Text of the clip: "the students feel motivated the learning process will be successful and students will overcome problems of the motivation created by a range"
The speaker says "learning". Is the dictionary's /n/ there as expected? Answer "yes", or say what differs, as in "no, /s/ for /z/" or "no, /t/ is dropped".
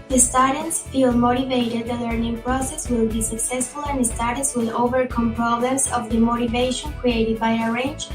yes